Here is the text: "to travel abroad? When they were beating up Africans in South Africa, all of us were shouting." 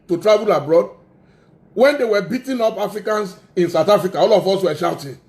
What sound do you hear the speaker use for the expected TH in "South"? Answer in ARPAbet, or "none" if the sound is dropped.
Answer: T